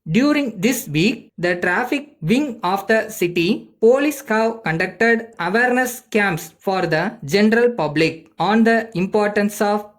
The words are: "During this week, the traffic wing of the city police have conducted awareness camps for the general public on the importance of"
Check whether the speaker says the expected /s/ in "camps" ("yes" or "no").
yes